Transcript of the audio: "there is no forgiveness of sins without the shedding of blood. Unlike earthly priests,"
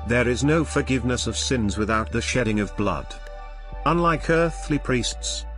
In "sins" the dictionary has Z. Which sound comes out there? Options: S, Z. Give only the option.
Z